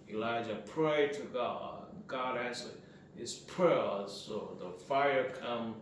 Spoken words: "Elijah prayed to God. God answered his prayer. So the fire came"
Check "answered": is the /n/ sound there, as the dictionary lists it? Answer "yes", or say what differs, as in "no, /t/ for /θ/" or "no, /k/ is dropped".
no, /n/ is dropped